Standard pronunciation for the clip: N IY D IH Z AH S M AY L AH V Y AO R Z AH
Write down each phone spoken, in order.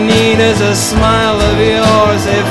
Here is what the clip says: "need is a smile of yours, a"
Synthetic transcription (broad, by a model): N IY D IH Z AH S M AY L AH V Y AO R Z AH